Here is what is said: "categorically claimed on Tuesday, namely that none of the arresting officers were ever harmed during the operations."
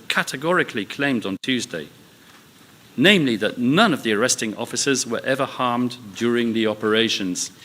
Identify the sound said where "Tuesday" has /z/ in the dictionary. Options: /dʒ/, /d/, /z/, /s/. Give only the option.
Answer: /z/